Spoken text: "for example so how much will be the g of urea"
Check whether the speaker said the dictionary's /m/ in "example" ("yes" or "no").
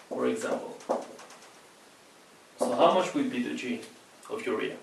yes